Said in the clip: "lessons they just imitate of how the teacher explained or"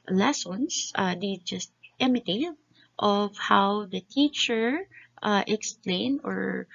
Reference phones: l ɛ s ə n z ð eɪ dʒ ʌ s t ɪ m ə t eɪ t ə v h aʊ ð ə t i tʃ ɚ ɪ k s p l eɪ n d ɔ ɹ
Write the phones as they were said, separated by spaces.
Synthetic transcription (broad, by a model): l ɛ s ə n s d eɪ dʒ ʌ s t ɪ m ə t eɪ t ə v h aʊ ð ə t i tʃ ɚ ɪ k s p l eɪ n ɔ ɹ